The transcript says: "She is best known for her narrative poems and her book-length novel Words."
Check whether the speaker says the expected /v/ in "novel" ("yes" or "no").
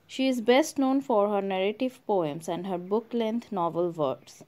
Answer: yes